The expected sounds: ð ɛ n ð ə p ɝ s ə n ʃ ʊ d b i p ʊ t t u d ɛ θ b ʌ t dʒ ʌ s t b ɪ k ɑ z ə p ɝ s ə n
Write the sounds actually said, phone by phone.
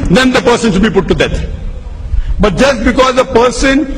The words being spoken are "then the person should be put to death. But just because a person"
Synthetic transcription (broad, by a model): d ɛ n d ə p ɝ s ə n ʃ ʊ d b i p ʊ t t u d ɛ t b ʌ t dʒ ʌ s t b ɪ k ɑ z ə p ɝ s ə n